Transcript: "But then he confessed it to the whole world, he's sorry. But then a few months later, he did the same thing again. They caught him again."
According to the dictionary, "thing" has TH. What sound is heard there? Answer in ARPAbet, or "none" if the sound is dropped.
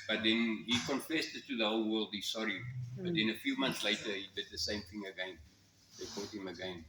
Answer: TH